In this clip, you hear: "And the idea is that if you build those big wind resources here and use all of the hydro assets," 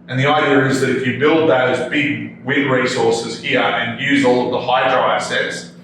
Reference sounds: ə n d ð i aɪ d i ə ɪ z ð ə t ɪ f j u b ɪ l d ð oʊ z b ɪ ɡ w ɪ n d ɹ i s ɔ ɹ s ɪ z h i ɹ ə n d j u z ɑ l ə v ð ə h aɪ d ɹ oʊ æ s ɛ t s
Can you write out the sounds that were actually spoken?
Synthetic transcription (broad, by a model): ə n ð i aɪ d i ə ɪ z ð ə t ɪ f j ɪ b ɪ l d ð oʊ z b ɪ ɡ w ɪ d ɹ i s ɔ ɹ s ɪ z h i ɹ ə n j u z ɑ l ə v ð ə h aɪ d ɹ oʊ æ s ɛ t s